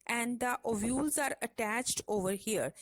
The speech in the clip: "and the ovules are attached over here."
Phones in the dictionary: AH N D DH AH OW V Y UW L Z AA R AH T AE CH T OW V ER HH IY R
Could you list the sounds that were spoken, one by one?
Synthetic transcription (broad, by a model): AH N D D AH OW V Y UW L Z AA R AH T AE CH T OW V ER HH IY R